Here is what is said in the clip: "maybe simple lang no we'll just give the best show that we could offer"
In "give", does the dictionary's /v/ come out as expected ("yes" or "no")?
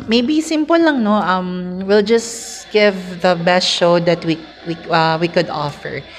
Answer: yes